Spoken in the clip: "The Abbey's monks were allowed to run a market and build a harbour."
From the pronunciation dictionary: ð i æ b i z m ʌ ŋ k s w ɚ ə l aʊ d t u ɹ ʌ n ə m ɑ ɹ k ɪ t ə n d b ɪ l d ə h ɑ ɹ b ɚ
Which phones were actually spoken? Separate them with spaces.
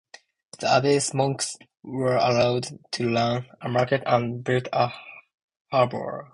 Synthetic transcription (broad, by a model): ð i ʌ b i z m ʌ ŋ k s w ɚ ə l aʊ d t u l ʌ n ə m ɑ ɹ k ɪ t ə n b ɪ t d ə h ɑ ɹ b ɚ